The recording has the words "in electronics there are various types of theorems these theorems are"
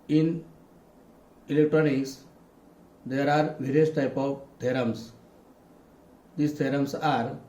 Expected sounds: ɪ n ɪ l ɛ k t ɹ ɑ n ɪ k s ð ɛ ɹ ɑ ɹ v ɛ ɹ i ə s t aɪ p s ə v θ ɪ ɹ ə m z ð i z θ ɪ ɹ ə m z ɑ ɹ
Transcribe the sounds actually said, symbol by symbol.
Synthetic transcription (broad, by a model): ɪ n ɪ l ɛ k t ɹ ɑ n ɪ k s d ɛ ɹ ɑ ɹ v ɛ ɹ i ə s t aɪ p ə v t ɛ ɹ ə m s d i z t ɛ ɹ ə m s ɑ ɹ